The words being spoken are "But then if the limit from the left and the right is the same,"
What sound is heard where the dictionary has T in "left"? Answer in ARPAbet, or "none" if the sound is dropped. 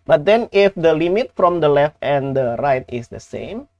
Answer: T